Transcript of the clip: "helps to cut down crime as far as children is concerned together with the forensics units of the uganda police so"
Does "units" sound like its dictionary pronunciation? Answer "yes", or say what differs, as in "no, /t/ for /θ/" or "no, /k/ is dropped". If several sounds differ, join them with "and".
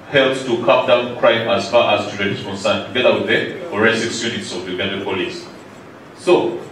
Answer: yes